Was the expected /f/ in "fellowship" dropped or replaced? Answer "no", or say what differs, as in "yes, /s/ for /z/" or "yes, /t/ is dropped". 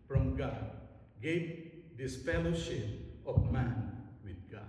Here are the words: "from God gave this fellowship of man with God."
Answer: yes, /p/ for /f/